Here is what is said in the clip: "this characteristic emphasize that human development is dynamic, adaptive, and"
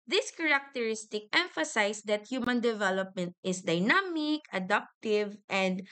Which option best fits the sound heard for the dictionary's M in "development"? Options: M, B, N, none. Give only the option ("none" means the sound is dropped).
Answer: M